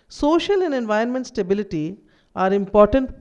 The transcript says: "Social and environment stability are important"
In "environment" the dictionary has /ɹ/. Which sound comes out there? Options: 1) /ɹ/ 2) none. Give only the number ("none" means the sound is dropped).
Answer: 2